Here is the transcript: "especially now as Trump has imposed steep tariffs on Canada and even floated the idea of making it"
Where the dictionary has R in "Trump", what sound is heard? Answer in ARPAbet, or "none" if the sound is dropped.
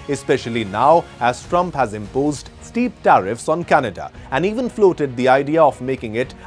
R